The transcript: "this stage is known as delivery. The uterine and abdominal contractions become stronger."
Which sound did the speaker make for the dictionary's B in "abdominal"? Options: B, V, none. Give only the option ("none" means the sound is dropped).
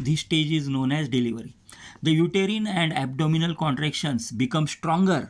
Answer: B